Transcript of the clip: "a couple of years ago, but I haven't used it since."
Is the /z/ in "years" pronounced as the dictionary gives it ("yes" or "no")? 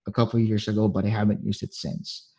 yes